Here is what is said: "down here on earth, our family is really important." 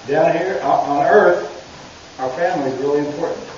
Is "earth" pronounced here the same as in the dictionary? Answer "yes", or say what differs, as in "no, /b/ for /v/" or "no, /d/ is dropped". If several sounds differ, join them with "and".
yes